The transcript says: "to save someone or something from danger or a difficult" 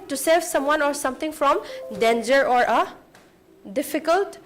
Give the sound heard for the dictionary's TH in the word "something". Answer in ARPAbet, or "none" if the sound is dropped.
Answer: T